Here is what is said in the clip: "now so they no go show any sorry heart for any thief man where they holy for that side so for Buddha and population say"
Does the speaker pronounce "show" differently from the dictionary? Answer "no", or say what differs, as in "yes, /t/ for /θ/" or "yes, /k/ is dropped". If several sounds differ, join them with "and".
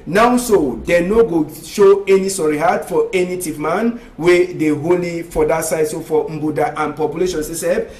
no